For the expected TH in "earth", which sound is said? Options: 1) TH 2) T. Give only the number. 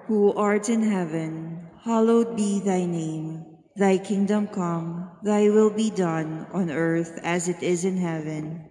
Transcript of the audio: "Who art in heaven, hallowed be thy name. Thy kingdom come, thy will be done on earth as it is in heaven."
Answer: 1